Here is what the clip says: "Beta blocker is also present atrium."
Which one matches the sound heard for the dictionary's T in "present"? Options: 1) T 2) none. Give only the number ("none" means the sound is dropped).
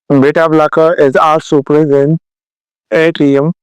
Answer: 2